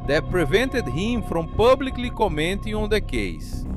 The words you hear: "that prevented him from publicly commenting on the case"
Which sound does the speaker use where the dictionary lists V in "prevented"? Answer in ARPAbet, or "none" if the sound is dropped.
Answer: V